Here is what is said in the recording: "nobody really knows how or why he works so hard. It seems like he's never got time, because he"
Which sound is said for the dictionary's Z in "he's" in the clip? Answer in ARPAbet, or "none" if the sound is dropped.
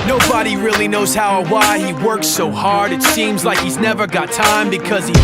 Z